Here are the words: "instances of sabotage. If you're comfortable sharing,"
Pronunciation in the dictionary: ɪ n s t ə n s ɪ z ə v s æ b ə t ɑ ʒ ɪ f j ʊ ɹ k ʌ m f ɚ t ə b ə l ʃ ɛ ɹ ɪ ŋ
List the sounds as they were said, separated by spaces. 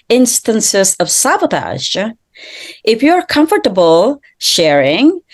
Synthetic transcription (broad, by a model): ɪ n s t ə n s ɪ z ə v s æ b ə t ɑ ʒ ɪ f j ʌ ɹ k ʌ m f ɚ t ə b ə l ʃ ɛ ɹ ɪ ŋ